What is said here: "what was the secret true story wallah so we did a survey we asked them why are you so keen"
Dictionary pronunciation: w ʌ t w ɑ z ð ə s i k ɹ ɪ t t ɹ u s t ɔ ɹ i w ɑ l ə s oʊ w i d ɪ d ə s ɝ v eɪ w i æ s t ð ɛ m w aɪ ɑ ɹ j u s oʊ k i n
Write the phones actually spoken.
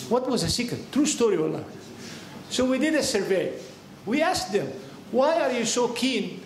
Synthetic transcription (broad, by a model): w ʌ t w ɑ z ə s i k ɪ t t ɹ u s t ɔ ɹ i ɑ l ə s oʊ w i d ɪ d ə s ɝ v eɪ w i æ s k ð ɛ m w aɪ ɑ ɹ j u s oʊ k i n